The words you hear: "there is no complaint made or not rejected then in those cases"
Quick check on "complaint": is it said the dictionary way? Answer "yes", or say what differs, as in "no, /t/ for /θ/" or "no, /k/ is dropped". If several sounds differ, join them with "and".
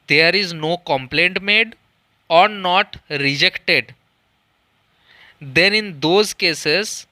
yes